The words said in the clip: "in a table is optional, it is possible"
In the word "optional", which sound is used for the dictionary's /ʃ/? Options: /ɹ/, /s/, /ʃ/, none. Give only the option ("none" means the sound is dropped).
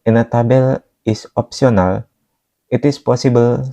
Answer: /s/